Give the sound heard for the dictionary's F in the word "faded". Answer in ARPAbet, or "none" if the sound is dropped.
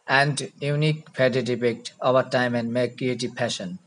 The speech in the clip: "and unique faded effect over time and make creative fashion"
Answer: P